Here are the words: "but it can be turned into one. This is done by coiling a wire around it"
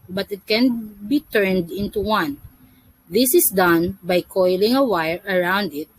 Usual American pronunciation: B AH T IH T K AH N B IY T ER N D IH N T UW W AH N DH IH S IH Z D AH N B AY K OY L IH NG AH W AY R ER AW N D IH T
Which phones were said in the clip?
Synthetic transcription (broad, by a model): B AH T IH T K AH N B IY T ER N D IH N T UW W AH N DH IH S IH S D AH N B AY K OY L IH NG AH W AY R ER AW N D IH T